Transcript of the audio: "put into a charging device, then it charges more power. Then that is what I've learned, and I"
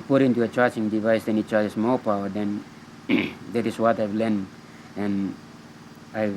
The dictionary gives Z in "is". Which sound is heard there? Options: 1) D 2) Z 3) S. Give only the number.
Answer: 3